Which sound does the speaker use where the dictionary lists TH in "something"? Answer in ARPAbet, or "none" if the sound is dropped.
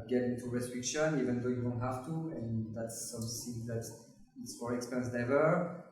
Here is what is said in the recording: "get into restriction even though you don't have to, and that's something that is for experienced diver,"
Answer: S